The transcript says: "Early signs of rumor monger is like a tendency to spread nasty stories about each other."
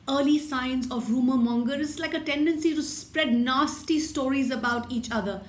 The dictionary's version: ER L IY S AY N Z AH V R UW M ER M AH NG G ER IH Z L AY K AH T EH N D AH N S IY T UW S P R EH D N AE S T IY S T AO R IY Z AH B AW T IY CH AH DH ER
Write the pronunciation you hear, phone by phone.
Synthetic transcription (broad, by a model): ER L IY S AY N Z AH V R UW M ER M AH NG G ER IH S L AY K AH T EH N D AH N S IY T UW S P R EH D N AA S T IY S T AO R IY Z AH B AW T IY CH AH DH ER